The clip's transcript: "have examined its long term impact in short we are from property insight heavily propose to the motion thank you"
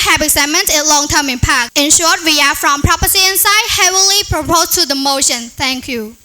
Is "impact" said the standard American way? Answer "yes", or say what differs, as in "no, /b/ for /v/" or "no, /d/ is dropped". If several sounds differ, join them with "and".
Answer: no, /t/ is dropped